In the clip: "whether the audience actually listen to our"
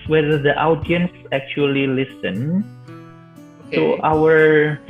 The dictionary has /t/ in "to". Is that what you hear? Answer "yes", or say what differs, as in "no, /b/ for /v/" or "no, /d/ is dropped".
no, /s/ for /t/